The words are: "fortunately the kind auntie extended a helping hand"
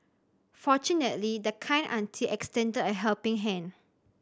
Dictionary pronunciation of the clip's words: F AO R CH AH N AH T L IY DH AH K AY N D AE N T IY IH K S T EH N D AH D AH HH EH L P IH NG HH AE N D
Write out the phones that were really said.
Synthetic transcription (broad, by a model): F AO CH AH N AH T L IY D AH K AY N AA N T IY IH K S T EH N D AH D AH HH EH L P IH NG HH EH N